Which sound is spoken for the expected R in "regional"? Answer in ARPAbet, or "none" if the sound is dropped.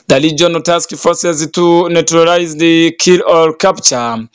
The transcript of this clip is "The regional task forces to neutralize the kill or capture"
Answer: L